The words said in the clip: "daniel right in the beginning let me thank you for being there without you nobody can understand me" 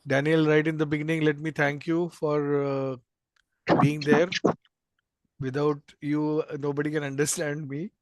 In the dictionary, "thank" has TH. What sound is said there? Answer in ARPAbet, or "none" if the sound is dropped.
T